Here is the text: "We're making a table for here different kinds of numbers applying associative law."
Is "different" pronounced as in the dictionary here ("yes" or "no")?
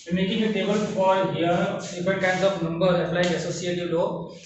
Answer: no